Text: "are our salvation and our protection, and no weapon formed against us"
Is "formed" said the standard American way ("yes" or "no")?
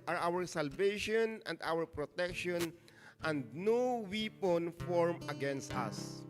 no